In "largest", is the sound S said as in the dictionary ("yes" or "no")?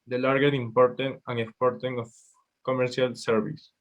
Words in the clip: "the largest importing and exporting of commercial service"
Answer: no